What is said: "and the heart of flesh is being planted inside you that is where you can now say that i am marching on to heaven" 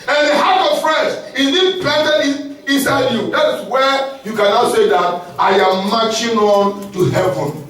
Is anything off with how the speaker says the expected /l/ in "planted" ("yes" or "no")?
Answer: yes